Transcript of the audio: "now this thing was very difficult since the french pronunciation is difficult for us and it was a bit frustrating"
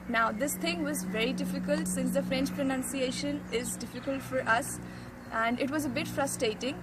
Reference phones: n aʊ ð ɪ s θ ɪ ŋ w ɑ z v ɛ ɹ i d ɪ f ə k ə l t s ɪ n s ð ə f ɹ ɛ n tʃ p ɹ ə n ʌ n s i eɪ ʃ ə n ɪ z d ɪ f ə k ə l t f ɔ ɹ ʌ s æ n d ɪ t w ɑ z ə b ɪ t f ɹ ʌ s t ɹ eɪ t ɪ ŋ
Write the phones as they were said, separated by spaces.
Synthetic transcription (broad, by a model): n aʊ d ɪ s t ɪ ŋ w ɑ z v ɛ ɹ i d ɪ f ə k ə l t s ɪ n s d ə f ɹ ɛ n tʃ p ɹ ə n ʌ n s i eɪ ʃ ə n ɪ z d ɪ f ə k ə l t f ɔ ɹ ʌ s æ n d ɪ t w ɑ z ə b ɪ t f ɹ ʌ s t ɹ eɪ t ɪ ŋ